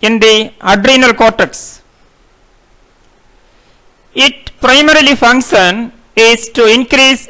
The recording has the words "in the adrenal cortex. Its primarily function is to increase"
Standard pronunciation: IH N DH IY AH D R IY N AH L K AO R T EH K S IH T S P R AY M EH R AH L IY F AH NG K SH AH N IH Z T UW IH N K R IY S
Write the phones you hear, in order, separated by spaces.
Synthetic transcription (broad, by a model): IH N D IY AH D R IY N AH L K AO R T EH K S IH T P R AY M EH R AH L IY F AH NG K SH AH N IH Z T UW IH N K R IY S